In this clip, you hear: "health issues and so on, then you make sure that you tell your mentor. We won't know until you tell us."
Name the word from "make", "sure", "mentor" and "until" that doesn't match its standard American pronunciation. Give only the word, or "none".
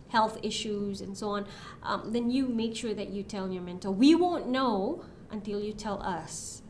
mentor